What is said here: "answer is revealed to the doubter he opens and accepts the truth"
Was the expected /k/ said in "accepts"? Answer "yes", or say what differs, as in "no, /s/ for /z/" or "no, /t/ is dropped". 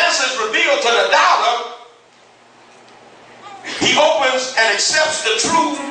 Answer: yes